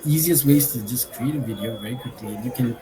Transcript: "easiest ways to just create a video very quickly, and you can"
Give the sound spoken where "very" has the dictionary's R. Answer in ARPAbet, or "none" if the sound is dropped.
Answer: none